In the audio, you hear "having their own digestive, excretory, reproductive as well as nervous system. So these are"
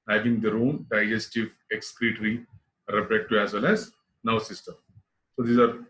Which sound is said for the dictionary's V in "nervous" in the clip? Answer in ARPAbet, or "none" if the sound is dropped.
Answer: none